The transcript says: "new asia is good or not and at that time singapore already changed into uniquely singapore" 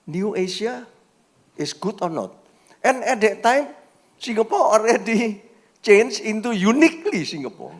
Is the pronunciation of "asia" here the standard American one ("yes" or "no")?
no